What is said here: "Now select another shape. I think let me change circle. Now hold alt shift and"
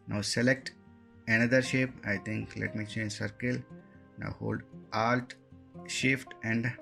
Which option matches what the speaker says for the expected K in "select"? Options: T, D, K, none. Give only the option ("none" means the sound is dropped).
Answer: K